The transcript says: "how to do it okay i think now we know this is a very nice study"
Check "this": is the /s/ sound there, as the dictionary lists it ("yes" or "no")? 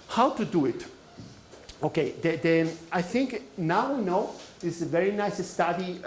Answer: no